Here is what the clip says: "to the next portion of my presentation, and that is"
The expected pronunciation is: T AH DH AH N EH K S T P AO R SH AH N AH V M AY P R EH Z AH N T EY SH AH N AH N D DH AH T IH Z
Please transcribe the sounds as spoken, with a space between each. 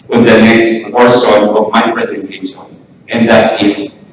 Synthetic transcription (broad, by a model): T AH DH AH N EH K S T F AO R S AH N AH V M AY P R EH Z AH N T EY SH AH N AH N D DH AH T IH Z